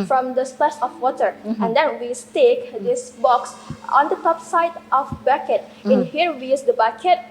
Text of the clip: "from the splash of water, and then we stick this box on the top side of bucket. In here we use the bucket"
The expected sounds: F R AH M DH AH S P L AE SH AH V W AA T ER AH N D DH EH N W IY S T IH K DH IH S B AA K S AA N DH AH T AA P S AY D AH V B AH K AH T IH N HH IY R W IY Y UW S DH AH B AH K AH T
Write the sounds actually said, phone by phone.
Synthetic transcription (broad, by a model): F R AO M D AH S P EH S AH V W AA T ER AH N D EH N W IY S T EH K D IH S B AA K S AA N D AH T AA P S AY D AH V B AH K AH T IH N HH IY R W IY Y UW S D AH B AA K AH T